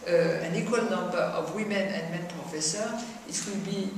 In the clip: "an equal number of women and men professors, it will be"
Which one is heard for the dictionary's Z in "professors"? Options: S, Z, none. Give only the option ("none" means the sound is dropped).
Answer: none